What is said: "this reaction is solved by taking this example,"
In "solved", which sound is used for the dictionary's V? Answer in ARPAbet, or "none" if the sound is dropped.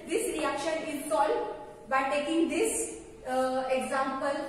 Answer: none